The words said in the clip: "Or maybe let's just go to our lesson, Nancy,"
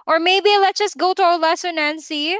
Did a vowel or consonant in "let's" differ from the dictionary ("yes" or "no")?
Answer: yes